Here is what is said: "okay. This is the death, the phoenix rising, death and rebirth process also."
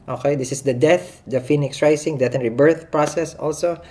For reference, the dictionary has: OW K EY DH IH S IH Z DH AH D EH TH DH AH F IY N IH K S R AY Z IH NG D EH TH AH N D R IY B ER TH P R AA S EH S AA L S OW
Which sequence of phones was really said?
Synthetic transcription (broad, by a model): OW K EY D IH S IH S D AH D EH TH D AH F IY N IH K S R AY S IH NG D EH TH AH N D R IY B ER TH P R AA S EH S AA L S OW